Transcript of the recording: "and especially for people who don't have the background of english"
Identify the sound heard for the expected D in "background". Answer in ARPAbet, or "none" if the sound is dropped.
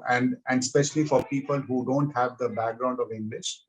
D